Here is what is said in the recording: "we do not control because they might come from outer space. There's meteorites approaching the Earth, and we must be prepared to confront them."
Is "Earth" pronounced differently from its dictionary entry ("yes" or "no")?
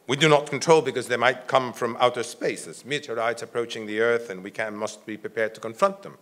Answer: no